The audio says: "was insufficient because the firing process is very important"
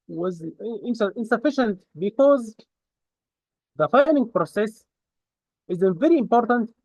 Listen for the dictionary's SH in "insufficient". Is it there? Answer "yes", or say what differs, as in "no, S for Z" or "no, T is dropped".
yes